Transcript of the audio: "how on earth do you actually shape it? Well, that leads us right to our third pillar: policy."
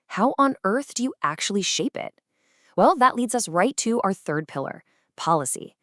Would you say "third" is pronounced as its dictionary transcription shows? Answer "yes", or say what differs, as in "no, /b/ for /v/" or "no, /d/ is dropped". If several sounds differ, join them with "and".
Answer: yes